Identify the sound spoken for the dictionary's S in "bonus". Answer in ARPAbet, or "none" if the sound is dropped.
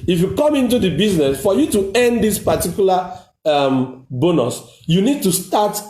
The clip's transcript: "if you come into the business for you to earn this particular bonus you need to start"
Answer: S